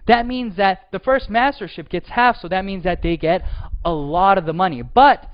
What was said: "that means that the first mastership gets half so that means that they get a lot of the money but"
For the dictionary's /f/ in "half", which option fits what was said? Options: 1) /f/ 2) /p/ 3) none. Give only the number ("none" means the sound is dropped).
1